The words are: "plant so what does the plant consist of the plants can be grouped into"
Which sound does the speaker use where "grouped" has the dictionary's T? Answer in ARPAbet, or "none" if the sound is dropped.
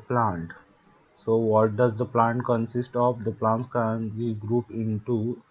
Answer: none